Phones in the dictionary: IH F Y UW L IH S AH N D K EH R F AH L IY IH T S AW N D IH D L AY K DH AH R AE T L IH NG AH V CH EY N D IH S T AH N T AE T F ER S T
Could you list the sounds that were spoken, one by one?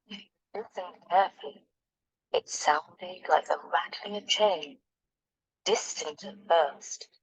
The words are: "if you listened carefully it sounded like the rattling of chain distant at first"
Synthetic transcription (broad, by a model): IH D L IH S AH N K EH R F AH L IY IH T S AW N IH L AY K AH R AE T IH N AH CH EY N D IH S T AH N T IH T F ER S T